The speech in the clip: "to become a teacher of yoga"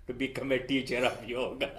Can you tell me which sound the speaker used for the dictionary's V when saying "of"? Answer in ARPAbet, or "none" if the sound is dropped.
P